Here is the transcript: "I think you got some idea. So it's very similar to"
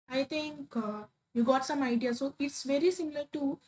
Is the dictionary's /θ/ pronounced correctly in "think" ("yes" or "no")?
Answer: no